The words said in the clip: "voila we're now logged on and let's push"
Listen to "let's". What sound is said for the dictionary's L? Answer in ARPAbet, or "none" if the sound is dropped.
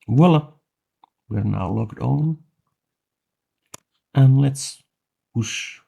L